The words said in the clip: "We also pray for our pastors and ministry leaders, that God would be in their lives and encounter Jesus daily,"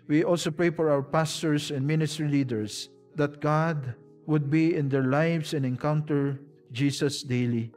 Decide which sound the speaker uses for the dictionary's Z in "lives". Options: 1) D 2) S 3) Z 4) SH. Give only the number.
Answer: 2